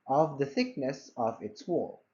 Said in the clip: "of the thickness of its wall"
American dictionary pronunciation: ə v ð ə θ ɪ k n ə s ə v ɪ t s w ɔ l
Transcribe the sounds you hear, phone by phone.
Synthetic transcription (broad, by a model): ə v ð ə θ ɪ k n ə s ə v ɪ t s w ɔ l